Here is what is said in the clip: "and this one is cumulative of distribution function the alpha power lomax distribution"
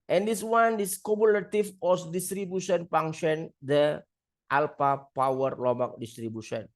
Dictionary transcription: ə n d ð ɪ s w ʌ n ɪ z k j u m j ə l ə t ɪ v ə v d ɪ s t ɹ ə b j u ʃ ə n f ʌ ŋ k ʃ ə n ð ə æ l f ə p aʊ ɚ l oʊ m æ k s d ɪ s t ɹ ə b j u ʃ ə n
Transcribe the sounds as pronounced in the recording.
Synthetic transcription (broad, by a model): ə n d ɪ s w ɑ n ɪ s k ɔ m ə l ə t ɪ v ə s d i s t ɹ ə b j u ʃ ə n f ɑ ŋ ʃ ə n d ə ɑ l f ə p aʊ ɚ l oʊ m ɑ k d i s t ɹ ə b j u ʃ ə n